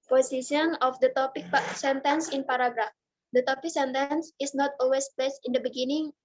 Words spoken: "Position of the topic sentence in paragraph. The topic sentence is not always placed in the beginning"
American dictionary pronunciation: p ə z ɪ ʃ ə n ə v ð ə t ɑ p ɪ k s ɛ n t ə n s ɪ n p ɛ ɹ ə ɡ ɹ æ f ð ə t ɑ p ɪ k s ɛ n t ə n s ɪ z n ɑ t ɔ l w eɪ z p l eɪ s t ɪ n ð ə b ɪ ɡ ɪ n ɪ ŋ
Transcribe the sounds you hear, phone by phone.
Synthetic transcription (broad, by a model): p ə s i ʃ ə n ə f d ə t ɑ p ɪ k s ɛ n t ə n s ɪ n p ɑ ɹ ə ɡ ɹ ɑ f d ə t ɑ p ɪ k s ɛ n t ə n s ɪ s n ɑ t ɔ l w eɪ s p eɪ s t ɪ n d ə b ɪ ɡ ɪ n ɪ ŋ